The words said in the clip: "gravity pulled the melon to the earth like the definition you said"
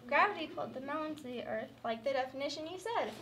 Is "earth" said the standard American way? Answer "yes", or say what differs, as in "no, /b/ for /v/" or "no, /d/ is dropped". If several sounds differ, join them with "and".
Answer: yes